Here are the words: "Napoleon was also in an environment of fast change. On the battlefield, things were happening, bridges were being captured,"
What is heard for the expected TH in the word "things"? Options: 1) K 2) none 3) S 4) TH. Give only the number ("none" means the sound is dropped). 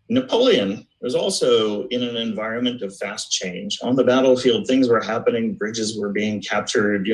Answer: 4